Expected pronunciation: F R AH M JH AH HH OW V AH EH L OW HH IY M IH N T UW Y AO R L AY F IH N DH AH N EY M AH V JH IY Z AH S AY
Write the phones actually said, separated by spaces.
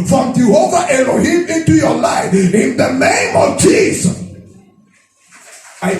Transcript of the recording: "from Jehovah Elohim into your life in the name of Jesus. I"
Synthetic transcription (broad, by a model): F R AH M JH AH HH OW V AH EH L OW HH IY IH N T UW Y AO L AY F IH N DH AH N EY M AH V JH IY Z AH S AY